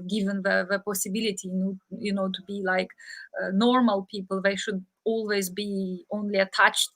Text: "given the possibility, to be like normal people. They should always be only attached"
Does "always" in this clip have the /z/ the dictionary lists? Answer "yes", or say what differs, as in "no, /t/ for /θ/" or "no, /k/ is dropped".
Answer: yes